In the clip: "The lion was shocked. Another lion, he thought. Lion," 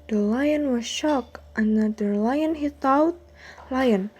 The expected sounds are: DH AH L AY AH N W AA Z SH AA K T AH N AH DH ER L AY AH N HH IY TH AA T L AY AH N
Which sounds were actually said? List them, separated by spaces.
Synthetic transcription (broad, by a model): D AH L AY AH N W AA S SH AA K T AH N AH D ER L AY AH N HH IY T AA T L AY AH N